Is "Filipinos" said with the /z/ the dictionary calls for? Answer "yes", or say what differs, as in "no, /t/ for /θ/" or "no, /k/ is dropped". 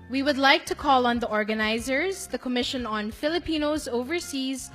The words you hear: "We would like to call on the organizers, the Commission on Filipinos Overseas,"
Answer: yes